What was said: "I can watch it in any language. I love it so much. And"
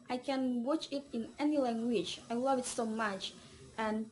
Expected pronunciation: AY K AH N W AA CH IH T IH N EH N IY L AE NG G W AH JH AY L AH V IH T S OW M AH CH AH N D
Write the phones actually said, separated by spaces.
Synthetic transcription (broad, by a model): AY K AH N W AA CH IH T IH N EH N IY L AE NG G W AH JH AY L AH V IH T S OW M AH CH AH N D